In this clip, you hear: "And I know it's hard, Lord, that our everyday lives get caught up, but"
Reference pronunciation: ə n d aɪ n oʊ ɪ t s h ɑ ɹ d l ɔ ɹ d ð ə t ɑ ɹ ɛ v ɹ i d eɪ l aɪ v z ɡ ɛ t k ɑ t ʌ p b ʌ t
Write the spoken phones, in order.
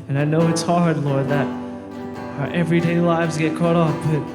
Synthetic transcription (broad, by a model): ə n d aɪ n oʊ ɪ t s h ɑ ɹ d l ɔ ɹ d ð ə t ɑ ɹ ɛ v ɹ i d eɪ l aɪ v z ɡ ɛ t k ɑ t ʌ f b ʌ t